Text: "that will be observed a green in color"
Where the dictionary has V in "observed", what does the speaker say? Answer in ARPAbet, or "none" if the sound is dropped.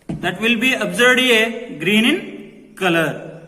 none